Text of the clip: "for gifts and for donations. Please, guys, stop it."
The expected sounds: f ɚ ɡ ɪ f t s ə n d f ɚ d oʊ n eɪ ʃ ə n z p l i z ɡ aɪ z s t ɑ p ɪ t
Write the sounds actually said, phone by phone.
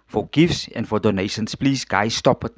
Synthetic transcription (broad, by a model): f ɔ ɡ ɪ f s s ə n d f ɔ d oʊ n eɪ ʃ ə n s p l i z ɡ aɪ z s t ɑ p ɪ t